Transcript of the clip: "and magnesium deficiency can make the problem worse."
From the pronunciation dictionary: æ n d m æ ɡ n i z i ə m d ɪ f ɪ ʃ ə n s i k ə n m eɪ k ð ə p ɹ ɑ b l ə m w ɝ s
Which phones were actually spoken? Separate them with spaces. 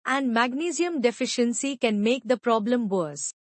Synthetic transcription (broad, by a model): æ n d m æ ɡ n i z i ə m d ɪ f ɪ ʃ ə n s i k ə n m eɪ k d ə p ɹ ɑ b l ə m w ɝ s